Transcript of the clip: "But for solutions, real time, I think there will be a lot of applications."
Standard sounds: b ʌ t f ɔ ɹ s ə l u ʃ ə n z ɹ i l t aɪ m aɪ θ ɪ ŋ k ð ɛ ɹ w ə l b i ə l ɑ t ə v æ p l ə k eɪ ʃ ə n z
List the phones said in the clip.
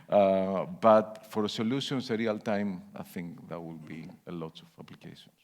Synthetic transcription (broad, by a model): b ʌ t f ɔ ɹ s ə l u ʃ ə n s ɹ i l t aɪ m aɪ θ ɪ ŋ k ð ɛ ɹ w ə l b i ə l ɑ t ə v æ p l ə k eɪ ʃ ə n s